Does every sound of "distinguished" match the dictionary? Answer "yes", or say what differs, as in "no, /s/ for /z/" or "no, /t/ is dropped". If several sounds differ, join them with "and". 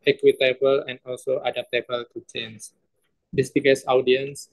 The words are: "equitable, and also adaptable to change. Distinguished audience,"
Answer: no, /ŋ/ is dropped